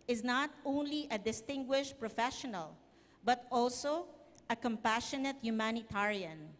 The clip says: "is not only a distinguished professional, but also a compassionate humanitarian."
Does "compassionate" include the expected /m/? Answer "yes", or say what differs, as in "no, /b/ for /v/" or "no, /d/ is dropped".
yes